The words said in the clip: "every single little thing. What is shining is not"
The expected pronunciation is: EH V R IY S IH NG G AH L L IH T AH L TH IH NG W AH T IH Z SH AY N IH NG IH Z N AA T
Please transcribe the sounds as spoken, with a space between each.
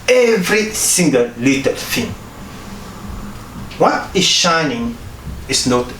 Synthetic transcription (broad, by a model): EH V R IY S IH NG G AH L L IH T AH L F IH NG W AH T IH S SH AY N IH NG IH S N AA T